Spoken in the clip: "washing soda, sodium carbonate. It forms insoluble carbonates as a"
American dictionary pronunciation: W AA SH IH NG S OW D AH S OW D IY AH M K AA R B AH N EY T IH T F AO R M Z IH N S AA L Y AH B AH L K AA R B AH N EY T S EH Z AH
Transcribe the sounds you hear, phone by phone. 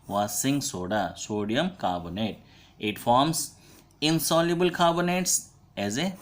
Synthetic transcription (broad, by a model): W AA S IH NG S OW D AH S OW D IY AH M K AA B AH N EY T IH T F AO R M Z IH N S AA L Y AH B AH L K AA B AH N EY T S EH Z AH